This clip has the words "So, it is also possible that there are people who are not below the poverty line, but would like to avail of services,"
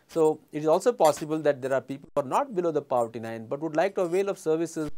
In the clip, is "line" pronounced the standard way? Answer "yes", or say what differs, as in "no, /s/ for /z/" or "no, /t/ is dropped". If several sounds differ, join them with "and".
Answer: no, /n/ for /l/